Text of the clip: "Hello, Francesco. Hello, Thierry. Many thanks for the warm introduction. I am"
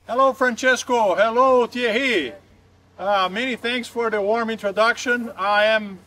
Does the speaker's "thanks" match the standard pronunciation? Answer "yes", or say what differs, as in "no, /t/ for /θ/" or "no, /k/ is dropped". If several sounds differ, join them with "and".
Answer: yes